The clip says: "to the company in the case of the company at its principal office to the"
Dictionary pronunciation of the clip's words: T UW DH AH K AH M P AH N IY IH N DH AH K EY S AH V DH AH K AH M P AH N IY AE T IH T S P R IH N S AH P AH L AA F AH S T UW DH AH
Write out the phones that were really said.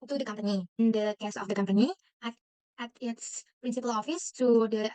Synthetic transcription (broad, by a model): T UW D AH K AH M P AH N IY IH N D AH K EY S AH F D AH K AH M P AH N IY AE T IH T S P R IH N S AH P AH L AA F AH S T UW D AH